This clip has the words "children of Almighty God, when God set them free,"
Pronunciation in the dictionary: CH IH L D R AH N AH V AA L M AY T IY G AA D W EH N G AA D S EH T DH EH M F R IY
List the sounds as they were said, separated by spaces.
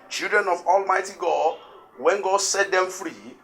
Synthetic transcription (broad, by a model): CH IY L D R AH N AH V AA L M AY T IY G AA D W EH N G AA D S EH T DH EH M F R IY